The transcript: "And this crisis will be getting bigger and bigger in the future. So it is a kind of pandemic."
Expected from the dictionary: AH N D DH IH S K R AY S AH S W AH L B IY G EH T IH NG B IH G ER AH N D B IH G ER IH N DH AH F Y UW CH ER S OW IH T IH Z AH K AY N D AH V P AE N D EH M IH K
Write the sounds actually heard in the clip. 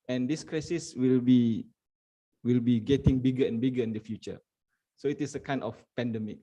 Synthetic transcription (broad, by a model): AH N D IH S K R AY S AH S W AH L B IY G EH T IH NG B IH G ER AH N B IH G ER IH N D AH F Y UW CH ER S OW IH T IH S AH K AY N AH F P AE N D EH M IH K